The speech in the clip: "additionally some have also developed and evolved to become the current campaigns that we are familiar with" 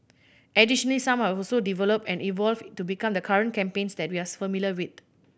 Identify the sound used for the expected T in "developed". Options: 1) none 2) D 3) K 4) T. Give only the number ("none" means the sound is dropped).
1